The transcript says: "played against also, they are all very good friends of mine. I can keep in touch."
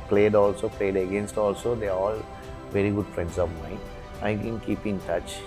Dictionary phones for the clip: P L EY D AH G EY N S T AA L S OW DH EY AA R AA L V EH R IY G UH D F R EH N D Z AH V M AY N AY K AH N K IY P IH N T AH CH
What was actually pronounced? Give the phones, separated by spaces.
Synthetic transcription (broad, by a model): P L EY D AH G EY N S T AA L S OW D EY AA R AA L V EH R IY G UH D F R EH N D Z AH V M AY AY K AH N K IY P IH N T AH CH